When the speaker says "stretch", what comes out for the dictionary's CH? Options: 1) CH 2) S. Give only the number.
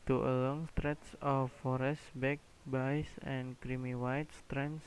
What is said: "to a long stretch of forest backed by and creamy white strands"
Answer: 2